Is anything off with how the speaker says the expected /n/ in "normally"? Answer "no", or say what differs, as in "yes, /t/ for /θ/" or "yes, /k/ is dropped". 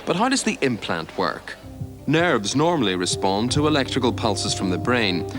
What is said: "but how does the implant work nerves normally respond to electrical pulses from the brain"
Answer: no